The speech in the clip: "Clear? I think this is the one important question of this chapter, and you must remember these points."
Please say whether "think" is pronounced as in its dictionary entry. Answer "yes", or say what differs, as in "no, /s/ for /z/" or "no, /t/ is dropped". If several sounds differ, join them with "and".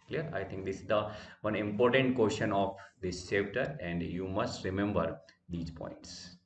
no, /t/ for /θ/